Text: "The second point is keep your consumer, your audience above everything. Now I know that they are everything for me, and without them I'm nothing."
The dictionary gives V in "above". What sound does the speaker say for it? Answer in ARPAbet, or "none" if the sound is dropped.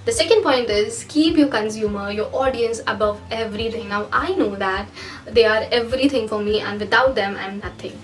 V